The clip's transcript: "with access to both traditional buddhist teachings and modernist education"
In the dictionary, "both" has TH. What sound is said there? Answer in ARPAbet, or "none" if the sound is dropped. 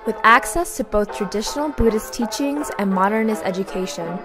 TH